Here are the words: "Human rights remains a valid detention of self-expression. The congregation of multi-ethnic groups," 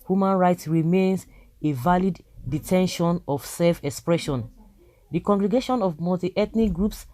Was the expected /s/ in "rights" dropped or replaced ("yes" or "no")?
no